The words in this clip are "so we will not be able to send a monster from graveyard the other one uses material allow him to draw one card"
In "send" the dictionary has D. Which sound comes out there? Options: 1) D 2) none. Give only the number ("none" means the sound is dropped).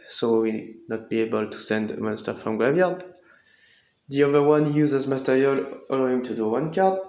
1